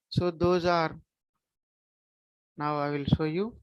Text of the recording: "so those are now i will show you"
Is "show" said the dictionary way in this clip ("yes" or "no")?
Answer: no